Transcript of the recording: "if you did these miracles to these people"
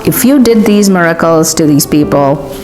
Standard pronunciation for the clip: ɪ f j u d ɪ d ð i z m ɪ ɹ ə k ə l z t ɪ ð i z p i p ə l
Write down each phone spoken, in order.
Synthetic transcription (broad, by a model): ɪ f j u d ɪ d ð i z m ɪ ɹ ə k ə l z t ɪ ð i z p i p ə l